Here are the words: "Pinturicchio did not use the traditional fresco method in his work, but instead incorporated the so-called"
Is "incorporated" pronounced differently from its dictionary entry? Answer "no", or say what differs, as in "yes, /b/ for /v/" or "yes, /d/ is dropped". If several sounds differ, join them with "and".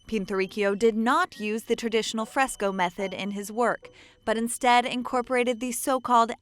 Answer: no